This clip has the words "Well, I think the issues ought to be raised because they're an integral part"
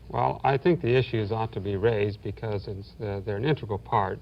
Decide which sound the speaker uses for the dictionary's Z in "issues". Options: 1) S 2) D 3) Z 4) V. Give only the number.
3